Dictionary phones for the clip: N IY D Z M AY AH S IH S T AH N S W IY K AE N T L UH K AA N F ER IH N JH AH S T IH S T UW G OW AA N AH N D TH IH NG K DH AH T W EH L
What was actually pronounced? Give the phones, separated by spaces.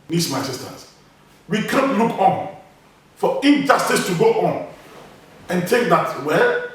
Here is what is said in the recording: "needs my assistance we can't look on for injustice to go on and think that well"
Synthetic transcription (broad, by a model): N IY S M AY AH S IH S T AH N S W IY K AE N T L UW K AA N F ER IH N JH AH S T IH S T UW G OW AA N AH N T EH K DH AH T W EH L